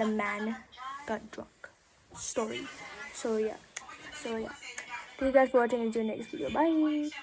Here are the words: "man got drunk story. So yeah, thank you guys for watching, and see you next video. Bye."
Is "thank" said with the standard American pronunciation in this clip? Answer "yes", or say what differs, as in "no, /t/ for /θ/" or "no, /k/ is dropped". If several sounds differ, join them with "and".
no, /s/ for /θ/